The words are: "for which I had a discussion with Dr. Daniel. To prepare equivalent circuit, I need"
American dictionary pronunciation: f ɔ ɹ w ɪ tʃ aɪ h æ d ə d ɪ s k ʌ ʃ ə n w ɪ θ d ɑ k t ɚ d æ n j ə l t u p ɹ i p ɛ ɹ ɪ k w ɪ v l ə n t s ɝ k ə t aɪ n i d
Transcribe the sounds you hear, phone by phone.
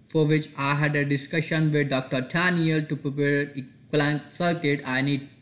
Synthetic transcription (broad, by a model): f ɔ ɹ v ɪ tʃ aɪ h æ d ə d ɪ s k ʌ ʃ ə n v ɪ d d ɑ k t ɚ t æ n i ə l t u p ɹ i p ɛ ɹ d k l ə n s ɝ k ə t aɪ n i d